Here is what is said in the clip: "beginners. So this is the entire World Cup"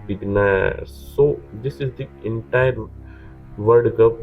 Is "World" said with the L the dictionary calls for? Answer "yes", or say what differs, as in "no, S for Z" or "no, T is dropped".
no, L is dropped